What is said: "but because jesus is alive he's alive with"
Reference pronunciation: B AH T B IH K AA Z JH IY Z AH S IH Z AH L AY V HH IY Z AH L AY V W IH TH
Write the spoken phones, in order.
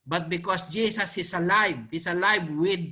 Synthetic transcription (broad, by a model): B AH T B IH K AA S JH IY S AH S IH S AH L AY V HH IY S AH L AY V W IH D